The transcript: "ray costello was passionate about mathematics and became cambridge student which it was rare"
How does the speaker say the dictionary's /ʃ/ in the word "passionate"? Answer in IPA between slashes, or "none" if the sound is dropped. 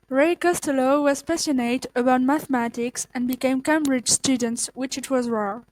/s/